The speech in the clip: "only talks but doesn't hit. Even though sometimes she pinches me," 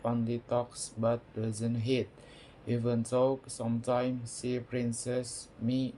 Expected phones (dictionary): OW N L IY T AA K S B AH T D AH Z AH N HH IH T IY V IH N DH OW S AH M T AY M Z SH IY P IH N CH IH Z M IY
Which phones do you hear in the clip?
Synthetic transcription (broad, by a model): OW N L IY T AA K S B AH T D AH Z AH N HH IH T IY V IH N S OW S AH M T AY M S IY P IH N S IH S M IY